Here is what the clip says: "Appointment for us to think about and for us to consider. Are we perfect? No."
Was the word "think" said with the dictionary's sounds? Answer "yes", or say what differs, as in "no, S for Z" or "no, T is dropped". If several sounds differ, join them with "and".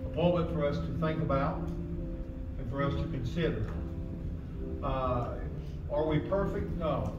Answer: yes